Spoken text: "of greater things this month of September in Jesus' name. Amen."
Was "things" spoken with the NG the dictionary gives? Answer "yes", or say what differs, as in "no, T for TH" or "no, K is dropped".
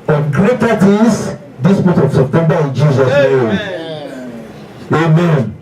no, NG is dropped